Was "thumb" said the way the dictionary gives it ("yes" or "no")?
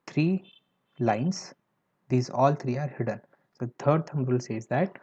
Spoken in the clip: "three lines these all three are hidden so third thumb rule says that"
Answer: no